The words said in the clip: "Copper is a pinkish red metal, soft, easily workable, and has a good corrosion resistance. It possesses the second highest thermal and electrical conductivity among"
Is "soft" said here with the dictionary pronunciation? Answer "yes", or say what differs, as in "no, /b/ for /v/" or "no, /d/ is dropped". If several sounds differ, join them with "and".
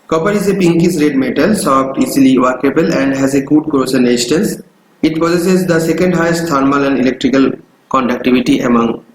no, /p/ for /f/